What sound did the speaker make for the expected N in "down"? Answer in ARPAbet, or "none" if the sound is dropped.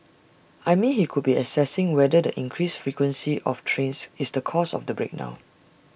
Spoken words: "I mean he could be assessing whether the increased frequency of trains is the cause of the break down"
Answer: none